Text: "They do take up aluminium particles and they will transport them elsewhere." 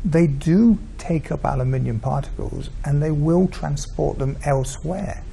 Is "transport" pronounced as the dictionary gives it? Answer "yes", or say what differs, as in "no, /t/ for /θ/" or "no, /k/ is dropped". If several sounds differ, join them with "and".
yes